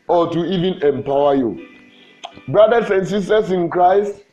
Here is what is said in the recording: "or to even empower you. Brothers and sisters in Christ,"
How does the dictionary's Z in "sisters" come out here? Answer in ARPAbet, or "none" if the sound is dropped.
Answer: S